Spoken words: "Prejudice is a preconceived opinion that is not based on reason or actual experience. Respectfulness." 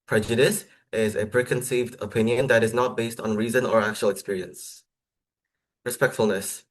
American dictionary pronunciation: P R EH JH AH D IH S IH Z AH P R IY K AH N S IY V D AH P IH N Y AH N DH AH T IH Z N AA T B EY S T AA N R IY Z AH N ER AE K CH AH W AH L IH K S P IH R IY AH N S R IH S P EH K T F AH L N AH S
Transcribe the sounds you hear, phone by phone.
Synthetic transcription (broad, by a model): P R EH JH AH D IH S IH Z AH P R IY K AH N S IY V D AH P IH N Y AH N DH AH T IH Z N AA T B EY S T N R IY Z AH N ER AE K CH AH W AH L IH K S P IH R IY AH N S R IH S P EH K T F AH L N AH S